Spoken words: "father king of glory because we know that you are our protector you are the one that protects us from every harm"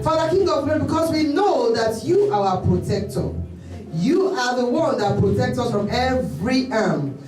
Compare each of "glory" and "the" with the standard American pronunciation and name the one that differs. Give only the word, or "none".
glory